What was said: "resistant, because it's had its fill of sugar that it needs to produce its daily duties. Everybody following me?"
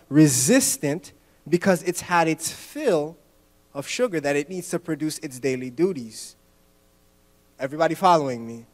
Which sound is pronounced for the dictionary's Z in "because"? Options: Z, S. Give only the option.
Z